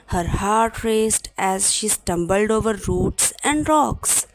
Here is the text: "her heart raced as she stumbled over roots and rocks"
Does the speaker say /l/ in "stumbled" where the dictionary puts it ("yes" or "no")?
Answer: yes